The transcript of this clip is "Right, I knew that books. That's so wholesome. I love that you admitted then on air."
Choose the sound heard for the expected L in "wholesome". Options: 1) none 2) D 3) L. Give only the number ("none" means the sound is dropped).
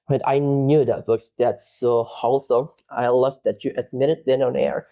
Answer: 3